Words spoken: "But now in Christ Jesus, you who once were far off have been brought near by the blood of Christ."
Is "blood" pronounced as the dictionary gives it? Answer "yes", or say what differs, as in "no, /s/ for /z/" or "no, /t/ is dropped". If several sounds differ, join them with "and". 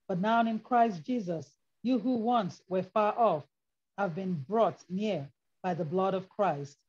yes